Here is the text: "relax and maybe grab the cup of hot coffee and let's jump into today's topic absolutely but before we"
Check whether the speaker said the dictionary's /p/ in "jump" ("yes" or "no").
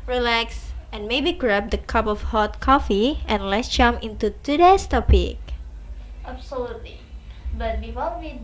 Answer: no